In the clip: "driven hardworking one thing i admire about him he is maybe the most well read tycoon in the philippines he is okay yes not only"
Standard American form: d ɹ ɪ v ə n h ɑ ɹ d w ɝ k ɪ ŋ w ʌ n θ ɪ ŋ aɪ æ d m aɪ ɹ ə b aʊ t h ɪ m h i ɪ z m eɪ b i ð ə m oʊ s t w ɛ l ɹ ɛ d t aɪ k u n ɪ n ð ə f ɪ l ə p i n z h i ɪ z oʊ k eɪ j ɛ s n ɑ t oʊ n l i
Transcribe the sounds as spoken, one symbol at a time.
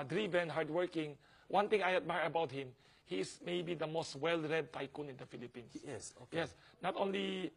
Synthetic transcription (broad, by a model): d ɹ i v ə n h ɑ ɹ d w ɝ k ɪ ŋ w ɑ n t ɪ ŋ aɪ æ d m aɪ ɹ ə b aʊ t h ɪ m h i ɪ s m eɪ b i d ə m oʊ s t w ɛ l ɹ ɛ d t aɪ k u n ɪ n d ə f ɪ l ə p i n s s j ɛ s n ɑ t oʊ n l i